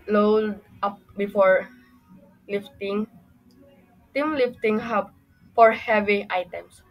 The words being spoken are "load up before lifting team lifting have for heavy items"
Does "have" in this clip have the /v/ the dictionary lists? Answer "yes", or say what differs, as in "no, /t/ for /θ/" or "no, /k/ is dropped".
no, /b/ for /v/